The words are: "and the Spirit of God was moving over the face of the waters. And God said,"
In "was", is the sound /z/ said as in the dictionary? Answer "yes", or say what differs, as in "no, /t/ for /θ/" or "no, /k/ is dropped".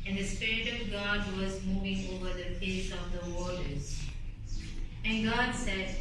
yes